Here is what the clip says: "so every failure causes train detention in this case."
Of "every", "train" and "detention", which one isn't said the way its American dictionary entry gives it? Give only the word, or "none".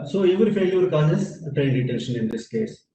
every